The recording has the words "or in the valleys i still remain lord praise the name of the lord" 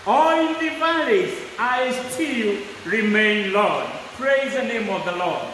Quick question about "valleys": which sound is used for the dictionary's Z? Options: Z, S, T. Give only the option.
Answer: S